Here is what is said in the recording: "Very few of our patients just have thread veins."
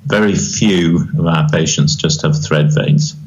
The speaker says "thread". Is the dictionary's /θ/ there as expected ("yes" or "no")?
yes